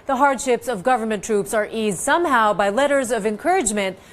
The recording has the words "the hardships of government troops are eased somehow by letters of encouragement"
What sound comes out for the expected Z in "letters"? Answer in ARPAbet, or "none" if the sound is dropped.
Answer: Z